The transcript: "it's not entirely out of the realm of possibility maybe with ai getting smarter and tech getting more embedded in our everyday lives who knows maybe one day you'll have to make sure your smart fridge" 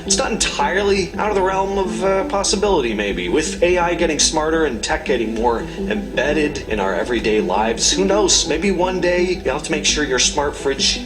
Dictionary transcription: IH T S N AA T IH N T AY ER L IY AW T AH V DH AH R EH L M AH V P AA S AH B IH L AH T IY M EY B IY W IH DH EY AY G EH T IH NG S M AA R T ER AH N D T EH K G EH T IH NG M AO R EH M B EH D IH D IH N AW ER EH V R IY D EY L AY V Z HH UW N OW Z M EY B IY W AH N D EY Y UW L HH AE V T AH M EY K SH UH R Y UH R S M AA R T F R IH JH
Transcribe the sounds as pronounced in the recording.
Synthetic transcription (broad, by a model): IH T S N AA T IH N T AY ER L IY AW T AH V DH AH R EH L M AH V P AA S AH B IH L AH T IY M EY B IY W IH DH EY AY G EH T IH NG S M AA R T ER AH N T EH K G EH T IH NG M AO R EH M B EH D IH D IH N AW ER EH V R IY D EY L AY V Z HH UW N OW Z M EY B IY W AH N D EY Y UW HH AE F T AH M EY K SH UH R Y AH R S M AA R T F R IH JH